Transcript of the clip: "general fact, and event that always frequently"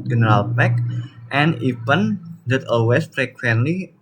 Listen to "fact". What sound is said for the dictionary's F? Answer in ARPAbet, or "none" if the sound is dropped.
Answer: P